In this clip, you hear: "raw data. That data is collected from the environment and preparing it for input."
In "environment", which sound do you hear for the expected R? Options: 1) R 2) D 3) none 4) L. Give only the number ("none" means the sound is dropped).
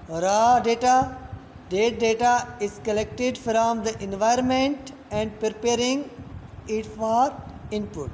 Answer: 1